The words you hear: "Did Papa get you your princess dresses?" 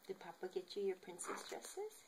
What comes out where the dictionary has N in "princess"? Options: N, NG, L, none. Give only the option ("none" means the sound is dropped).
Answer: N